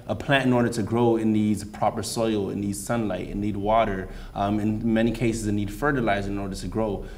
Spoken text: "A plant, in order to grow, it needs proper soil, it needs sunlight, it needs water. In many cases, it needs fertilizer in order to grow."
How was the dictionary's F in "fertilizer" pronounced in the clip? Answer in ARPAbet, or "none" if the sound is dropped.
F